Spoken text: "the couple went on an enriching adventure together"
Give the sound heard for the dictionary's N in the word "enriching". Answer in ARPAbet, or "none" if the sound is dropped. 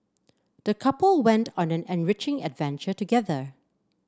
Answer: N